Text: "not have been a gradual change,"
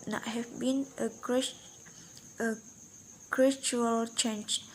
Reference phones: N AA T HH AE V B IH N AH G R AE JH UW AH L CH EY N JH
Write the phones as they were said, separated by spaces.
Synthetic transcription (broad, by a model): N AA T HH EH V B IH N AH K R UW CH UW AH L CH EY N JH